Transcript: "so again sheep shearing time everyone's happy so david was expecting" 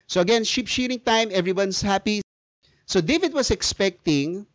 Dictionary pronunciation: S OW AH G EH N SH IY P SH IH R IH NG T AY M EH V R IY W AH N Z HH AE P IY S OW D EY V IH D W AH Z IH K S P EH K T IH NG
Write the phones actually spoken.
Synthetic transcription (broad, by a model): S OW AH G EH N SH IY P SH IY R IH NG T AY M EH V R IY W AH N S HH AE P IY S OW D EY V IH D W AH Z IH K S P EH K T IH NG